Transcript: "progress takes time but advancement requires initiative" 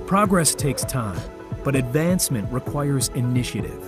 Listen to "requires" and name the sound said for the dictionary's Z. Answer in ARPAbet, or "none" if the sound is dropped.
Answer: Z